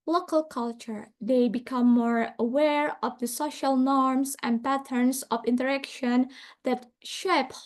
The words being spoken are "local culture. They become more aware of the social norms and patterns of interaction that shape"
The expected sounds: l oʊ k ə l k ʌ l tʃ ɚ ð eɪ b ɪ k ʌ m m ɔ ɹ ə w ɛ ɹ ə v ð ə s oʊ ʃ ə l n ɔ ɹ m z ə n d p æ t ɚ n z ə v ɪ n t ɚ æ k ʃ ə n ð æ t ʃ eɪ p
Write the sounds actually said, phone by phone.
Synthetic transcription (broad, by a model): l oʊ k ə l k ʌ l tʃ ɚ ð eɪ b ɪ k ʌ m m ɔ ɹ ə w ɛ ɹ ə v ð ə s oʊ ʃ ə l n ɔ ɹ m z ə n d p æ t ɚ n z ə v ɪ n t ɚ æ k ʃ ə n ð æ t ʃ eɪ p